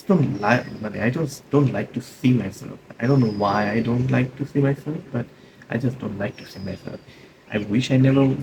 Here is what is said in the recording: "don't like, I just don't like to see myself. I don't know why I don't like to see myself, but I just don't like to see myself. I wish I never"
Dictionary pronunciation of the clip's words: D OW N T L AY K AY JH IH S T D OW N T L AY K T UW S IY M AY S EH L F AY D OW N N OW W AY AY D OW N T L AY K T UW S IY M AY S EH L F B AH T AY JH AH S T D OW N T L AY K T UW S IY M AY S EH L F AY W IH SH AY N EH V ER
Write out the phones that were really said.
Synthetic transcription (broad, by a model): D OW N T L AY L AY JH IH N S D OW N T L AY K T UW S IY M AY S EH L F AY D OW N N OW W AY AY D OW N T L AY K T UW S IY M AY S EH L F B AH T AY JH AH S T D OW N T L AY K T UW S IY M AY S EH L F AY W IH SH AY N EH V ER